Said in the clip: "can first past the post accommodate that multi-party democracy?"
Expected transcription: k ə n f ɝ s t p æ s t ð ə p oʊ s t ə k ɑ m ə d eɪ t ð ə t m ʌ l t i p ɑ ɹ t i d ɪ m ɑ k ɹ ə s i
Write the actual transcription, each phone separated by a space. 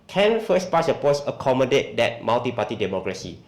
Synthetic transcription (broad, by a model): k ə n f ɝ s p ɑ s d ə p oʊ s ə k ɑ m ə d eɪ t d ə t m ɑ l t i p ɑ t i d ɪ m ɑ k ɹ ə s i